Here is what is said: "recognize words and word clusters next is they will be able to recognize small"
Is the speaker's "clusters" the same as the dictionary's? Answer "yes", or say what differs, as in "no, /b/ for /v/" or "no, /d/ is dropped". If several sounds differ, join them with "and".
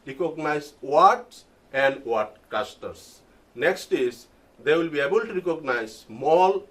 no, /l/ is dropped